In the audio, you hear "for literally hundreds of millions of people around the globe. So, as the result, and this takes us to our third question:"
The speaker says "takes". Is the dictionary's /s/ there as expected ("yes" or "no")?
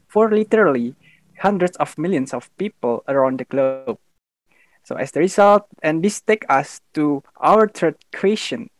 no